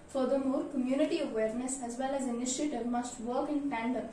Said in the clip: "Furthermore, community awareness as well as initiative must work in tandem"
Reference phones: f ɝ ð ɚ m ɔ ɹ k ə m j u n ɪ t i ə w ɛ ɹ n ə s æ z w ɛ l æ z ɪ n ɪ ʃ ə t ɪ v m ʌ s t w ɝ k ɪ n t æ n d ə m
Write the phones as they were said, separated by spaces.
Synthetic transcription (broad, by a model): f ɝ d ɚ m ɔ ɹ k ə m j u n ɪ t i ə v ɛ ɹ n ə s æ z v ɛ l æ z ɪ n ɪ ʃ ə t ɪ v m ʌ s t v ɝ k ɪ n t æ n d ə